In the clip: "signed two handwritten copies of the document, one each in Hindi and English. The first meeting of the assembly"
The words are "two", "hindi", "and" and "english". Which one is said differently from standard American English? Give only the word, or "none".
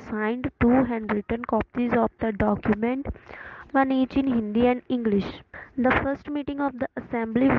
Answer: none